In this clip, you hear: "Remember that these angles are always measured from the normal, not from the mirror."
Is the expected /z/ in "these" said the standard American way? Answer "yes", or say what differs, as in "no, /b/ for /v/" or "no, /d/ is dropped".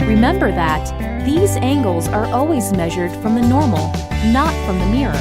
yes